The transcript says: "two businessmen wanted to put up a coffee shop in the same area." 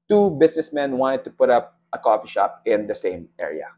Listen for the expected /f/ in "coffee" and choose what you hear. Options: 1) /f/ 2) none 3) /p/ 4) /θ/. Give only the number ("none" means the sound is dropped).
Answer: 1